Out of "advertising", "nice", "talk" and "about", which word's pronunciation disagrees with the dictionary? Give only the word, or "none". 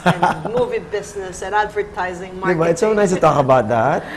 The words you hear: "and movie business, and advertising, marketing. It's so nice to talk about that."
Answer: none